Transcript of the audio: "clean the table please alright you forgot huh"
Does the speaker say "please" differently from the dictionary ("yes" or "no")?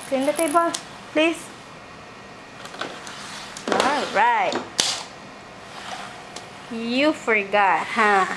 yes